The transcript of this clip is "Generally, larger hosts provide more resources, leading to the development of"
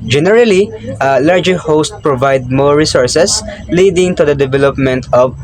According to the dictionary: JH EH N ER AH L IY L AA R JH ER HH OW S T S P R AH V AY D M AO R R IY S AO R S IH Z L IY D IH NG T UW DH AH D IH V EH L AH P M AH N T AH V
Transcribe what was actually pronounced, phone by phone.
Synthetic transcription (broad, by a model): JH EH N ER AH L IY L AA R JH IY HH OW S T P R AH V AY D M AO R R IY S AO R S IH S L IY D IH NG T UW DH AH D IH V EH L AH P M AH N T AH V